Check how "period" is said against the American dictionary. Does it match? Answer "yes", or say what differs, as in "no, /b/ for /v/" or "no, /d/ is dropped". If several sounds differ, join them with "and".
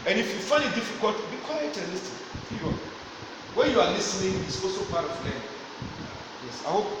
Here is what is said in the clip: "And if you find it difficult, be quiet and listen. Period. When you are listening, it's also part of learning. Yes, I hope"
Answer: no, /f/ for /p/